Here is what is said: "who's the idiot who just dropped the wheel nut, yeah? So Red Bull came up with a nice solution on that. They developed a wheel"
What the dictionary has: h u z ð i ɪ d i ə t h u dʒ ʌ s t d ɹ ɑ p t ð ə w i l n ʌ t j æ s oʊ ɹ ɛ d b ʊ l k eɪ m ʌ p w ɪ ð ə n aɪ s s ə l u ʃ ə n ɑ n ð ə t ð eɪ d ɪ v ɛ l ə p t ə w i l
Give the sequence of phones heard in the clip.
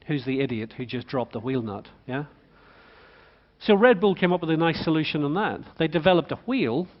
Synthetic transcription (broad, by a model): h u z ð i ɪ d i ə t h u dʒ ʌ s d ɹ ɑ p ð ə w i l n ʌ t j æ s oʊ ɹ ɛ d b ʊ l k eɪ m ʌ p w ɪ ð ə n aɪ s s ə l u ʃ ə n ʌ n ð ə t ð eɪ d ɪ v ɛ l ə p t ə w i l